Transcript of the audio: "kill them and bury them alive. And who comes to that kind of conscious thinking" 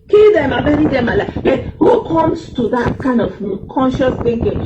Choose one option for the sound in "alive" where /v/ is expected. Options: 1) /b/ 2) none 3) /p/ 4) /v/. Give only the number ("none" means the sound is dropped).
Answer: 1